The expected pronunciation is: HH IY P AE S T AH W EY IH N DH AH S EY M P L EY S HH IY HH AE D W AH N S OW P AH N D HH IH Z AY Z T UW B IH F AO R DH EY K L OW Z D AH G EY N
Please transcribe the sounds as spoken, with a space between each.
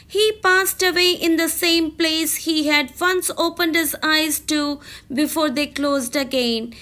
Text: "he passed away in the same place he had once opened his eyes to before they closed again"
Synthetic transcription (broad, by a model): HH IY P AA S T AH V EY IH N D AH S EY M P L EY S HH IY HH AE D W AH N S OW P AH N D HH IH Z AY Z T UW B IH F AO R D EY K L OW Z D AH G EY N